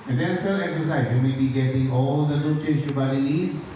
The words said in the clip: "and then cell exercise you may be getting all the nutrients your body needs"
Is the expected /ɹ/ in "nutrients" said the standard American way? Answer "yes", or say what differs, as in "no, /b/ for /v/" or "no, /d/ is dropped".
no, /ɹ/ is dropped